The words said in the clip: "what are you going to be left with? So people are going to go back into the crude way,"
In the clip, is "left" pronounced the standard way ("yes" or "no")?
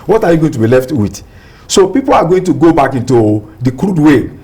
yes